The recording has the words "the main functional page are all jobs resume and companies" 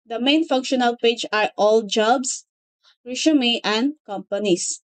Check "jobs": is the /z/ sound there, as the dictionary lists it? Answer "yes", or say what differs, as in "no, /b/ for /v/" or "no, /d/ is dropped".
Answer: no, /s/ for /z/